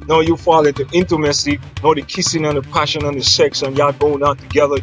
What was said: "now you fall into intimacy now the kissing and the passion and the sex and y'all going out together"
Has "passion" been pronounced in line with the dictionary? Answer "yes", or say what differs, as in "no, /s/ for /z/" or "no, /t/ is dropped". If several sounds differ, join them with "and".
yes